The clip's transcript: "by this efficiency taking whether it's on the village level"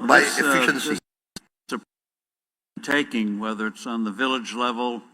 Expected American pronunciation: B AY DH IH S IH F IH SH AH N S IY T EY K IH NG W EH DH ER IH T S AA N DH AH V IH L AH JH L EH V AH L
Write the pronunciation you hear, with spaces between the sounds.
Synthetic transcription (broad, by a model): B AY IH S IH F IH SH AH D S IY T EY K IH NG W EH DH ER IH T S N DH AH V IH L AH JH L EH V L